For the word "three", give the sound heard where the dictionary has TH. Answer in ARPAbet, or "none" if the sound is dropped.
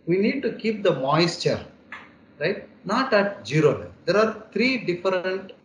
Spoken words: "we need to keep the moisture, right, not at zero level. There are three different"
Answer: T